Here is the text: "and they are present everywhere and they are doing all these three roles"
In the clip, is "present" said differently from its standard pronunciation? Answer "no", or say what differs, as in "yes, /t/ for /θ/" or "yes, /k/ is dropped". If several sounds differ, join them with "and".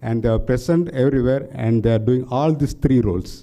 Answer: yes, /s/ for /z/